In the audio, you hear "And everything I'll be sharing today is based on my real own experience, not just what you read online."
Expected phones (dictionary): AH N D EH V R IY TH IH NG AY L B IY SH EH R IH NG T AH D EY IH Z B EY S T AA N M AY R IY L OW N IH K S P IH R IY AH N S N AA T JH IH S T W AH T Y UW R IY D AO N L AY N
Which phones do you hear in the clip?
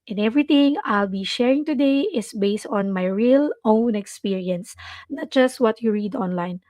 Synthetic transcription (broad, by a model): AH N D EH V R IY T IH NG AY L B IY SH EH R IH NG T AH D EY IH S B EY S T AA N M AY R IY L OW N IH K S P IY R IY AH N S N AA T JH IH S T W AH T Y UW R IY D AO N L AY N